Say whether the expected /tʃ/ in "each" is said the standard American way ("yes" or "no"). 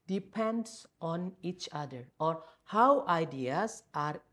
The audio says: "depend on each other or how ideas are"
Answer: yes